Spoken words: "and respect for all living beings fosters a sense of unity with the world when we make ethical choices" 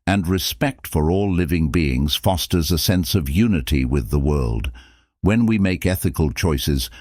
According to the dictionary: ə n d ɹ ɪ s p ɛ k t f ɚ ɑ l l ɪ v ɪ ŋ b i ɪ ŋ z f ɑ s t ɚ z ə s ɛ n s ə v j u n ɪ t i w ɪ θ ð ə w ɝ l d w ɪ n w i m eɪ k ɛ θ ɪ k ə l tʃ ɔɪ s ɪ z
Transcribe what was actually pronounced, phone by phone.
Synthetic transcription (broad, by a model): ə n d ɹ ɪ s p ɛ k t f ɚ ɑ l l ɪ v ɪ ŋ b i ɪ ŋ z f ɑ s t ɚ z ə s ɛ n s ə v j u n ɪ t i w ɪ ð ə w ɝ l d w ɪ n w i m eɪ k ɛ θ ɪ k ə l tʃ ɔɪ s ɪ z